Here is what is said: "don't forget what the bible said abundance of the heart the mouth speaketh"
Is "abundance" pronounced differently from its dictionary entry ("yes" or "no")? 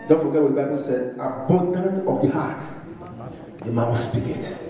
yes